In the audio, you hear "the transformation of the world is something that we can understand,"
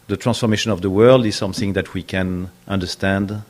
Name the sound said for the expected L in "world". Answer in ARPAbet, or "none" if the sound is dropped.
L